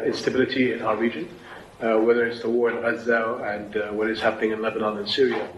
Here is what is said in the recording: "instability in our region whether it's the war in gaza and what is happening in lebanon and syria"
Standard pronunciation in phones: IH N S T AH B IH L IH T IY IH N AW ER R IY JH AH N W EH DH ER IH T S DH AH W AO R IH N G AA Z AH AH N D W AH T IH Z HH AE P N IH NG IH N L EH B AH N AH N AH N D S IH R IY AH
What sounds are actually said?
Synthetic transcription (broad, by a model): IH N S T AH B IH L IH T IY IH N AW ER R IY JH AH N W EH DH ER IH T S DH AH W AO R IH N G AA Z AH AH N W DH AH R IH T HH AE P N IH NG IH N L EH B AH N AH N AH N S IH R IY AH